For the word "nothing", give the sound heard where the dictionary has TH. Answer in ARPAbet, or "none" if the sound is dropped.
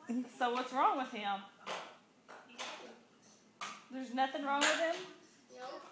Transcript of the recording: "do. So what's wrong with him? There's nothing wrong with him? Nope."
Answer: TH